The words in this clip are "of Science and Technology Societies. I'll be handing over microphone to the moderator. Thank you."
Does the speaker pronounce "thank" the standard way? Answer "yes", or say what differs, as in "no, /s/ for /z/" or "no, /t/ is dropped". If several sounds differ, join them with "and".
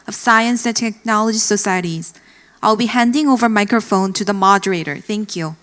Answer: yes